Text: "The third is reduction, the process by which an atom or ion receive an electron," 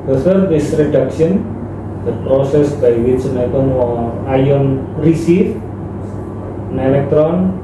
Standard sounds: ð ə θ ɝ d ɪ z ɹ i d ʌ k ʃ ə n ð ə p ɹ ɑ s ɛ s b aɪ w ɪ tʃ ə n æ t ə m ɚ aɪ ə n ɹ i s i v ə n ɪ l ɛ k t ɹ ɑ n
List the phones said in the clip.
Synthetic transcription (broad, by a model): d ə s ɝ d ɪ s ɹ i d ʌ k ʃ ə n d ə p ɹ ɑ s ɛ s b aɪ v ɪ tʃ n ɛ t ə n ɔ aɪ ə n ɹ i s i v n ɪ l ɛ k t ɹ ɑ n